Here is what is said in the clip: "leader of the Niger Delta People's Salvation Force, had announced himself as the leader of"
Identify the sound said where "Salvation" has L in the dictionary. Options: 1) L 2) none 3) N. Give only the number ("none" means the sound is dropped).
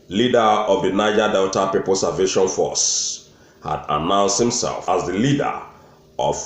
2